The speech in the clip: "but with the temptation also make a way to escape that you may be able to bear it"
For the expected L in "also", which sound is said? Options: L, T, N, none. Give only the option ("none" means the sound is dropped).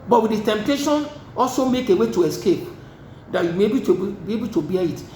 L